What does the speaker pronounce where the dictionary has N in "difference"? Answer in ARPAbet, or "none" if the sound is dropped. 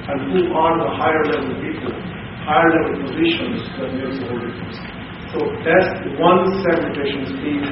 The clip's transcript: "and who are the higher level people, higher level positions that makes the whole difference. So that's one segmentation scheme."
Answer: none